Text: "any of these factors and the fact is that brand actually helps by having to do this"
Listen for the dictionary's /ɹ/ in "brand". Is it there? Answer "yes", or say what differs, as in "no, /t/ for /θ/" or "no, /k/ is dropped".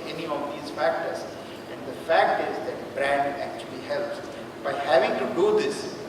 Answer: yes